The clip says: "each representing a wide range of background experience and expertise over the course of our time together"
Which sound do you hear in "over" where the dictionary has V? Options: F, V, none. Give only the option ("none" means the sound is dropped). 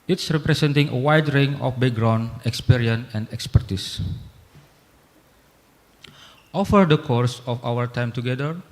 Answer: F